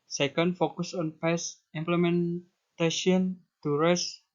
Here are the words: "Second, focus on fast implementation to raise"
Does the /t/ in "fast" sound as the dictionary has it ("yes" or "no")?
no